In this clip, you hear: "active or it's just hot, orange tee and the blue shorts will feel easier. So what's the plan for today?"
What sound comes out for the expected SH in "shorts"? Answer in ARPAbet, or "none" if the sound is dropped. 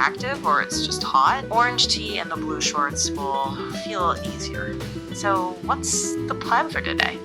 SH